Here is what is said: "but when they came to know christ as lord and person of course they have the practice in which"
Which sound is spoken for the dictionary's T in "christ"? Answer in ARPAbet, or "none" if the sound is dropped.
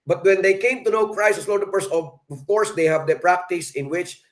none